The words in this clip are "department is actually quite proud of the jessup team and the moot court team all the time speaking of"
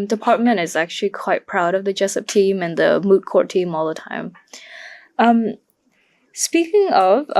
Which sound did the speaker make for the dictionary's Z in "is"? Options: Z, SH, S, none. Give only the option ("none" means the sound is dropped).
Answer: Z